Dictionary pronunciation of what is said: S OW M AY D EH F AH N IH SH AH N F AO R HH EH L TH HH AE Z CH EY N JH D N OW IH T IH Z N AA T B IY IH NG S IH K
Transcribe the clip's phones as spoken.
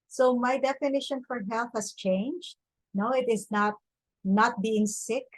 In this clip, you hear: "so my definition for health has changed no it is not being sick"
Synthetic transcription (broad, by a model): S OW M AY D EH F AH N IH SH AH N F AO R HH EH L TH HH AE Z CH EY N JH D N OW IH T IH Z N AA T B IY IH NG S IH K